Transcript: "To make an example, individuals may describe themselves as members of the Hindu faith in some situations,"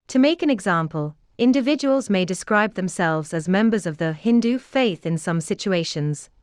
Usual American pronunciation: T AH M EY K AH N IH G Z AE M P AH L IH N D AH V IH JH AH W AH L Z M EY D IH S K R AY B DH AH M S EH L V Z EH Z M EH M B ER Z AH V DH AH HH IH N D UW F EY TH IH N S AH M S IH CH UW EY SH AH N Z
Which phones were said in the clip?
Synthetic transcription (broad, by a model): T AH M EY K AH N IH G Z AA M P AH L IH N D AH V IH JH AH W AH L Z M EY D IH S K R AY B DH AH M S EH L V Z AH Z M EH M B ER Z AH V DH AH HH IH N D UW F EY TH IH N S AH M S IH CH UW EY SH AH N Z